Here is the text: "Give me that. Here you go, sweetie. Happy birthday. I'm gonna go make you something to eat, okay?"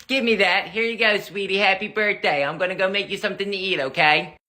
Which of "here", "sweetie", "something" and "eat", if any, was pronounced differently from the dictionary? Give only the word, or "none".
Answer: none